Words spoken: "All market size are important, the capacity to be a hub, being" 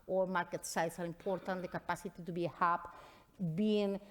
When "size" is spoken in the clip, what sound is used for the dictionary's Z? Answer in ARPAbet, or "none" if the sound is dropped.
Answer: S